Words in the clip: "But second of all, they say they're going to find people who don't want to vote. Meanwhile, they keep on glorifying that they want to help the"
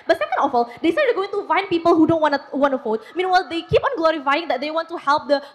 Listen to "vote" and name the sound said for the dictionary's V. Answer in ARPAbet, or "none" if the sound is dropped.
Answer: F